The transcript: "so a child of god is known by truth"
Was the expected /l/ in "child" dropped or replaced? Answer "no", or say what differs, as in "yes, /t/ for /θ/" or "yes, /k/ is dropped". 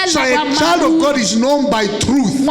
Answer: no